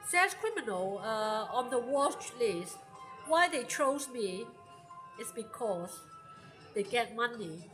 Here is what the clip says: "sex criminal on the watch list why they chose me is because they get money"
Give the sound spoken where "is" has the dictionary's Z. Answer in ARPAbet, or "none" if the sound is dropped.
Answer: S